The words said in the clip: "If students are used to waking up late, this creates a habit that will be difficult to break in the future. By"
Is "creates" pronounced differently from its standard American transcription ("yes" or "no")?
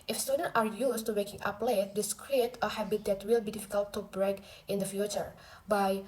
yes